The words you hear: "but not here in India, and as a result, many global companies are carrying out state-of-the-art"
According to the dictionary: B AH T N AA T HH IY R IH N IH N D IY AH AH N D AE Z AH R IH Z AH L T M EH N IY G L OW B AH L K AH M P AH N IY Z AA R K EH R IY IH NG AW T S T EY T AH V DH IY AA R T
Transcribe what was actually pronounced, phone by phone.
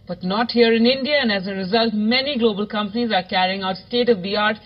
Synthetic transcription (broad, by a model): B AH T N AA T HH IY R IH N IH N D IY AH AH N D AE Z AH R IH Z AH L T M EH N IY G L OW B AH L K AH M P AH N IY Z AA R K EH R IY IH NG AW T S T EY T AH V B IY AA R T